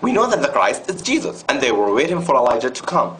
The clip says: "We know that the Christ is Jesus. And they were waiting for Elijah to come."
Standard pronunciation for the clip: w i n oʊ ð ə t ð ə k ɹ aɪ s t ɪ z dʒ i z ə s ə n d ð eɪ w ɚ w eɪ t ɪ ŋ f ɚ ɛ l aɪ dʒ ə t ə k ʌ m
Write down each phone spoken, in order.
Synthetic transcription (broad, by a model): w i n oʊ ð ə t ð ə k ɹ aɪ s t ɪ z dʒ i z ə s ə n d ð eɪ w ɚ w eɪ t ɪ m f ɚ ɛ l aɪ dʒ ə t ə k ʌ m